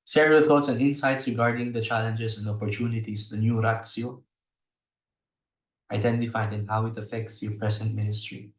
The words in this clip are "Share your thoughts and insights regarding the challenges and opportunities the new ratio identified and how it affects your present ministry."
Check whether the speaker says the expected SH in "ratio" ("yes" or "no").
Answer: no